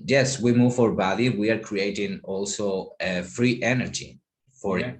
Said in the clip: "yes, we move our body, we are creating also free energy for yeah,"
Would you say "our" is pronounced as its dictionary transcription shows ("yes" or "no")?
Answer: yes